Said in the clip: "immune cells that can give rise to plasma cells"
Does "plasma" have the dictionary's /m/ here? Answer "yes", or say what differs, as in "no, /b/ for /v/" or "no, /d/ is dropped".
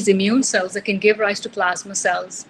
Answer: yes